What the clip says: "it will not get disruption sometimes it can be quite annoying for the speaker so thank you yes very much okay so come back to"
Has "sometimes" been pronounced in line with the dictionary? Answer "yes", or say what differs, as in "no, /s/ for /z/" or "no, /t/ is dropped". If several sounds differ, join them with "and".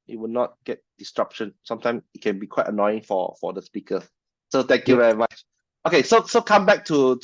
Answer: no, /z/ is dropped